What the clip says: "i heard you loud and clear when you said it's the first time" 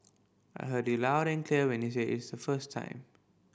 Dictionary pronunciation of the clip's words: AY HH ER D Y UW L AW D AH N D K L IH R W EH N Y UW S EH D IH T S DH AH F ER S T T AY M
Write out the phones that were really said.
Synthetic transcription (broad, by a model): AY HH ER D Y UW L AW D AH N K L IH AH W EH N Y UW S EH IH T S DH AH F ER S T T AY M